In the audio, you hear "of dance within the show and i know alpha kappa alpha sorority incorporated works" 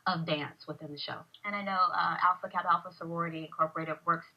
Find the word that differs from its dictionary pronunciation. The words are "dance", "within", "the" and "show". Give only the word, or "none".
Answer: none